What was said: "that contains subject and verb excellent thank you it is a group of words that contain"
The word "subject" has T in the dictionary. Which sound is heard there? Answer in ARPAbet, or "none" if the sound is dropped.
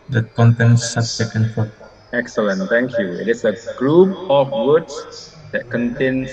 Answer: none